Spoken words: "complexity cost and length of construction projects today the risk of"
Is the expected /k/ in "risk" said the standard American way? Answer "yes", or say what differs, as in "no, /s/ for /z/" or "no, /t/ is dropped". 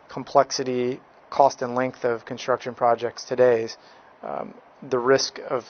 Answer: yes